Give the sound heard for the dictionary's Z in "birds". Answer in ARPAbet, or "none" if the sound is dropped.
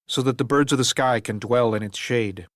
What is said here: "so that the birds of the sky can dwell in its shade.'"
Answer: Z